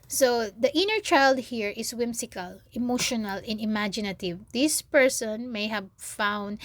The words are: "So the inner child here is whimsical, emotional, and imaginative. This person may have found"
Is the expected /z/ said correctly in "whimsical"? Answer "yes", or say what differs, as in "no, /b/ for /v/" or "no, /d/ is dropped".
no, /s/ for /z/